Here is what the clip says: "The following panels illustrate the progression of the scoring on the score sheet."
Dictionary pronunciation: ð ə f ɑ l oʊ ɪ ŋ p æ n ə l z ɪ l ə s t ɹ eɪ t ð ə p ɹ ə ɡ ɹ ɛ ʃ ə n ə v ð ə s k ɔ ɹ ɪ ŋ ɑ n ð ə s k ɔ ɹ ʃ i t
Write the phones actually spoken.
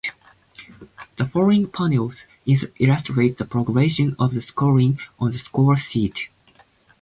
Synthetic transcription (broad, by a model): ð ə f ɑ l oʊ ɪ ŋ p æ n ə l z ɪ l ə s t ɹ eɪ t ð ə p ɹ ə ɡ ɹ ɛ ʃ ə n ə v ð ə s k ɔ ɹ ɪ ŋ ɑ n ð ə s k ɔ ɹ s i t